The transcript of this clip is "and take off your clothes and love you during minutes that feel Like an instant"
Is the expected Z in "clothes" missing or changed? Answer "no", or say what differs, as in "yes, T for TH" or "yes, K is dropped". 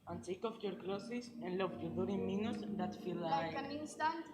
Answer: yes, S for Z